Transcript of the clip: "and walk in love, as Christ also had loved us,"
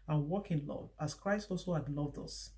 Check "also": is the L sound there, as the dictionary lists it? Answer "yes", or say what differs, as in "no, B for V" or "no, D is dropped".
yes